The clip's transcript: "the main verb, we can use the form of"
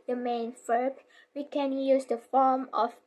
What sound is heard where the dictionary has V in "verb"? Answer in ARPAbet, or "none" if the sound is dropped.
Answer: F